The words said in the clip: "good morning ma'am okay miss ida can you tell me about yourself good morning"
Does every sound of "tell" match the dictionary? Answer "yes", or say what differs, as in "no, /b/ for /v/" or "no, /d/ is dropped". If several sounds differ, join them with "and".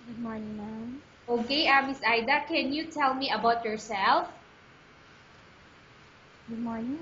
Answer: yes